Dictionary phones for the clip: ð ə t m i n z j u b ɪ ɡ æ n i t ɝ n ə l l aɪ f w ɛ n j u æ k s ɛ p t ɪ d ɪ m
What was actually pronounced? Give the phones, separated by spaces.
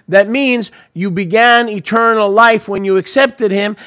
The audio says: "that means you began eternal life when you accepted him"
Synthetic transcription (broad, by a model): ð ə t m i n z j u b ɪ ɡ æ n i t ɝ n l l aɪ f w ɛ n j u æ k s ɛ p t ɪ d ɪ m